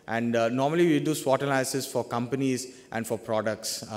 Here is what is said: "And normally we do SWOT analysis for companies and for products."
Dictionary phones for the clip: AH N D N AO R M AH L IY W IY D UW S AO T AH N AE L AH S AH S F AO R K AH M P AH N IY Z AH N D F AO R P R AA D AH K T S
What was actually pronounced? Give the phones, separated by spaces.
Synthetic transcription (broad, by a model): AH N D N AO R M AH L IY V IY D UW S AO T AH L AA AH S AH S F AO R K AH M P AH N IY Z AH N D F AO R P R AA D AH K T S